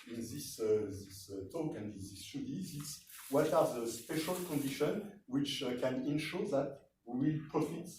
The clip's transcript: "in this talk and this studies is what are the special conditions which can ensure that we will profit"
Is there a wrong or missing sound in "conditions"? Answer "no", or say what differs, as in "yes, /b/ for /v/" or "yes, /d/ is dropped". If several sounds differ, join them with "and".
yes, /z/ is dropped